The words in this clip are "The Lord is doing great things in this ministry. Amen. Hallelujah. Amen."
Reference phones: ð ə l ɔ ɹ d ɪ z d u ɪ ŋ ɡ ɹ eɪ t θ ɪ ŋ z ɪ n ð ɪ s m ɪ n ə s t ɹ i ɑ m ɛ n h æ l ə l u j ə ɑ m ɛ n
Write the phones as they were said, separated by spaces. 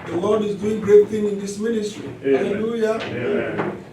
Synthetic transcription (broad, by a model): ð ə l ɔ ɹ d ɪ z d u ɪ ŋ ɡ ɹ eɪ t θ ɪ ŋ ɪ n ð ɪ s m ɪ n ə s t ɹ i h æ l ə l u j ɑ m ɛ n